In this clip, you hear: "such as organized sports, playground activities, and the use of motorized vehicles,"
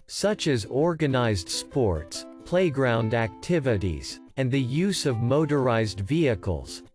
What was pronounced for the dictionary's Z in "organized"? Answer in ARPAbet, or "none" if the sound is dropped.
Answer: Z